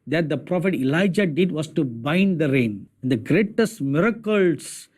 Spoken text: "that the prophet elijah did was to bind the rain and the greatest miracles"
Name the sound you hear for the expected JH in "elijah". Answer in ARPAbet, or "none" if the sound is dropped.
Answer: JH